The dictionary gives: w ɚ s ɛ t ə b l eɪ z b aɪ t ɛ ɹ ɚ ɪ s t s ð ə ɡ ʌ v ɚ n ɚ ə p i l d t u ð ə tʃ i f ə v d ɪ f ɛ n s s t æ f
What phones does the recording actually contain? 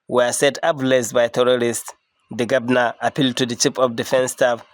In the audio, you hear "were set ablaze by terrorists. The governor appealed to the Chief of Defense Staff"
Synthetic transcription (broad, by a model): w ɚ s ɛ t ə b l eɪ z b aɪ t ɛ ɹ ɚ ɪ s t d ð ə ɡ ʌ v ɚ n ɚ ə p i l d t u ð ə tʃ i p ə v d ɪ f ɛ n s s t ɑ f